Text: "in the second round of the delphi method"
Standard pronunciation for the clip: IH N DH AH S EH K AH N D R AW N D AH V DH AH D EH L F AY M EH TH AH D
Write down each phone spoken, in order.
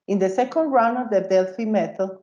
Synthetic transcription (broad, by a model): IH N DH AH S EH K AH N D R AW N AH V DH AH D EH L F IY M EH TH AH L